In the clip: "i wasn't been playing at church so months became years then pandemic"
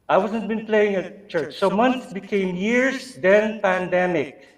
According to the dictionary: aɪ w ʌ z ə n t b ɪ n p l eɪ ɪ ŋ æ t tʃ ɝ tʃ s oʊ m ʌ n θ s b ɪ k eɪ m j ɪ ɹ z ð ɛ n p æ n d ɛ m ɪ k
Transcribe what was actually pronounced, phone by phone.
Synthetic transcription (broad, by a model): aɪ w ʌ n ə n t b ɪ n p l eɪ ɪ ŋ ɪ tʃ ɝ tʃ s oʊ m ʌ n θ b ɪ k eɪ m j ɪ ɹ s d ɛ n p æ n d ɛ m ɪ k